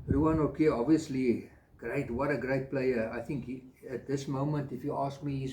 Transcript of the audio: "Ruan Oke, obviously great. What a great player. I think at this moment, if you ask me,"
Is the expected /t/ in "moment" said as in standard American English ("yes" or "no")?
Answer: yes